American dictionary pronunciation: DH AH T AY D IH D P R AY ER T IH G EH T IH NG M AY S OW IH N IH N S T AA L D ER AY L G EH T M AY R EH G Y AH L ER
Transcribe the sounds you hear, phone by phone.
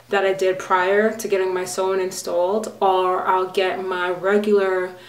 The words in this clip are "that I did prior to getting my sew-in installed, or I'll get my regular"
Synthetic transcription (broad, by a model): DH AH T AY D IH D P R AY ER T IH G EH T IH NG M AY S OW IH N IH N S T AA L D ER AY L G EH T M AY R EH G Y L ER